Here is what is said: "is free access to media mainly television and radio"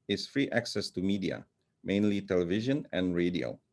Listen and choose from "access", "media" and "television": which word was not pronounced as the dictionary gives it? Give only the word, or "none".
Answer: none